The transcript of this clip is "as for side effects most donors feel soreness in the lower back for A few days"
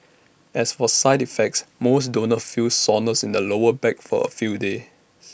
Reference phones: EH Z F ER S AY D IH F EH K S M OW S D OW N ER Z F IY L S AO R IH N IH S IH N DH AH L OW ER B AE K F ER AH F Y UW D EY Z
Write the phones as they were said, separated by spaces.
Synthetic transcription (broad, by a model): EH S F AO S AY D IH F EH K S M OW S D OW N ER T F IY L S AO N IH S IH N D AH L OW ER B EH K F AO AH F Y UW D EY